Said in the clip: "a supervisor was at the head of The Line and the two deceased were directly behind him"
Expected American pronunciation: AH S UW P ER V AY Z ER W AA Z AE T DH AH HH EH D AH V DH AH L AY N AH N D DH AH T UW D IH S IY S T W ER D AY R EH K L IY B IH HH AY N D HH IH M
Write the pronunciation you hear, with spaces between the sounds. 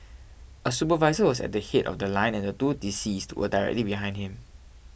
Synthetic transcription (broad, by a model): AH S UW P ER V AY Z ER W AA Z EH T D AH HH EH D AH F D AH L AY N AH N D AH T UW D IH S IY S T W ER D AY R EH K L IY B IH HH AY N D HH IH M